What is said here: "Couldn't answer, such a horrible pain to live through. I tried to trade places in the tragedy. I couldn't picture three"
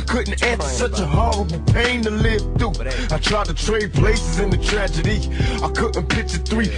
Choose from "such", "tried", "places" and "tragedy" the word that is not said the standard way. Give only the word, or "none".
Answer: none